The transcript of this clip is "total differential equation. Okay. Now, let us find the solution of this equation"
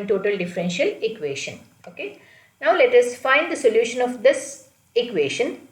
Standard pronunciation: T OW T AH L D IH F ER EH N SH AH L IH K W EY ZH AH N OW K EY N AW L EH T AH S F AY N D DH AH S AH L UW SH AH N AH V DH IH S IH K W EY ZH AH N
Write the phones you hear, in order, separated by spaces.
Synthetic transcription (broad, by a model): T OW T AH L D IH F ER EH N SH AH L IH K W EY SH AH N OW K EY N AW L EH T AH S F AY N D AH S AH L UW SH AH N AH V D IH S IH K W EY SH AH N